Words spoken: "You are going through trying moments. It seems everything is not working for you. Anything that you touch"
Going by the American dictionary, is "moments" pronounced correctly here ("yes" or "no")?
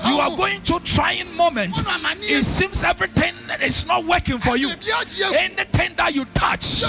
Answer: no